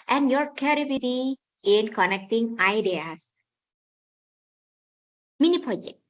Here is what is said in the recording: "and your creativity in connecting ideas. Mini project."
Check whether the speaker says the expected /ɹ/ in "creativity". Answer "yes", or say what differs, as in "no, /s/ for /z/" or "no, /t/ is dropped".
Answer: no, /ɹ/ is dropped